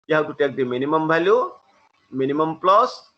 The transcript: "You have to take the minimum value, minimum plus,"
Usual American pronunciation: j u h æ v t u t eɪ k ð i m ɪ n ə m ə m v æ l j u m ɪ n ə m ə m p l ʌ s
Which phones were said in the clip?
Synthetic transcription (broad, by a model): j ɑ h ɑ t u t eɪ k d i m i n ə m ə m b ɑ l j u m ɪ n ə m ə m p l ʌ s